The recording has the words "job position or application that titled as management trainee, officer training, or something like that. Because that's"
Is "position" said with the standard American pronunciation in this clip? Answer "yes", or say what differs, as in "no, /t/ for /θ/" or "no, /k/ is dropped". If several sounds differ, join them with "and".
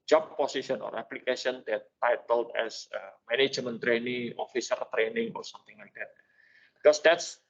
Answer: no, /s/ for /z/ and /ʃ/ is dropped